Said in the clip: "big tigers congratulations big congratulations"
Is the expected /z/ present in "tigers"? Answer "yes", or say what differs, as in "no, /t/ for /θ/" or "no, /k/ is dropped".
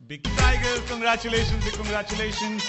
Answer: no, /z/ is dropped